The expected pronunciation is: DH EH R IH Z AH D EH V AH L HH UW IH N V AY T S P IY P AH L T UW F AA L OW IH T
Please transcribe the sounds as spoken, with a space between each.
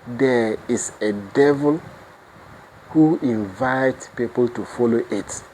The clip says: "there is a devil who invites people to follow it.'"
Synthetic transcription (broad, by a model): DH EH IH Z AH D EH V AH L HH UW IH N V AY T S P IY P AH L T UW F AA L OW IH T